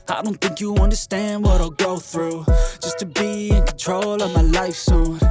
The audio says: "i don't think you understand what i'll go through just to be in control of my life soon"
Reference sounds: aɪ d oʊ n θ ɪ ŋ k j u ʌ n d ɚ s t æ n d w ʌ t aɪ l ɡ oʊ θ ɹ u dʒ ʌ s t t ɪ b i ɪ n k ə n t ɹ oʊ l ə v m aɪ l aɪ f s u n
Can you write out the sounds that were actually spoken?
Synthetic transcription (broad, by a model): aɪ d oʊ n θ ɪ ŋ k j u ʌ n d ɚ s t æ n d w ʌ t aɪ l ɡ oʊ θ ɹ u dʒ ʌ s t t ɪ b i ɪ n k n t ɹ oʊ l ə v m aɪ l aɪ f s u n